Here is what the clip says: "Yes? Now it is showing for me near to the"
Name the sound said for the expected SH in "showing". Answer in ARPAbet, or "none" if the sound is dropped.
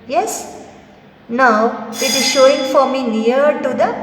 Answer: SH